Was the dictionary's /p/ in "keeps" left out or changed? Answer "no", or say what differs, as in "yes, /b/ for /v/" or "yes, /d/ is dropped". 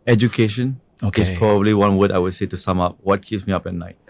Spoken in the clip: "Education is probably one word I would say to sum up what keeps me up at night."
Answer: yes, /p/ is dropped